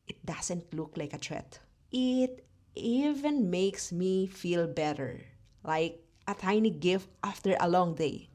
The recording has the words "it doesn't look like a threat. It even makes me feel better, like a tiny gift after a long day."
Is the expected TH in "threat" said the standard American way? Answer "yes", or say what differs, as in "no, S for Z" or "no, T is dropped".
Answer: no, T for TH